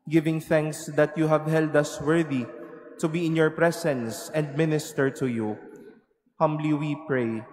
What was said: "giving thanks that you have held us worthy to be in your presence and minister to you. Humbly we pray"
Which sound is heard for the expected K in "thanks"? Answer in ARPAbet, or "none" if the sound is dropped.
K